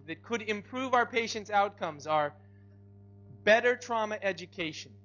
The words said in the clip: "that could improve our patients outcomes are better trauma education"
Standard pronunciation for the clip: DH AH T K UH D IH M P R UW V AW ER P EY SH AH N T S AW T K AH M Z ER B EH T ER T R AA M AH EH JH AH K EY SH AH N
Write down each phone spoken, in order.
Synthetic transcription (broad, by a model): DH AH T K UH D IH M P R UW V AW ER P EY SH AH N T S AW T K AH M Z ER B EH T ER T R AA M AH EH JH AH K EY SH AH N